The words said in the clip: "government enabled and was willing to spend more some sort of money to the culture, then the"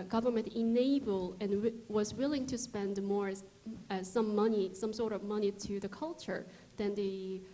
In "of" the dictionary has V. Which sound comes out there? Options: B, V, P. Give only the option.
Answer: V